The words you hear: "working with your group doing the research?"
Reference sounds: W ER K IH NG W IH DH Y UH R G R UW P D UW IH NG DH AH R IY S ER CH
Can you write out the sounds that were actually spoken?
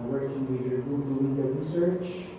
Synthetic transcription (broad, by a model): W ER K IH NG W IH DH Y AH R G UW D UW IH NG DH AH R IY S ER CH